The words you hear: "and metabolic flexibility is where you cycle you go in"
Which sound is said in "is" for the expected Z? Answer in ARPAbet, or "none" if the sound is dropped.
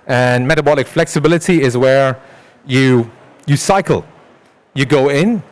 Z